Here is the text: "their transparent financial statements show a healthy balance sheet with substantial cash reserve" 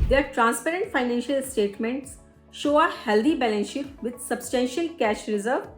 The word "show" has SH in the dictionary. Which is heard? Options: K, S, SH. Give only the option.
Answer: SH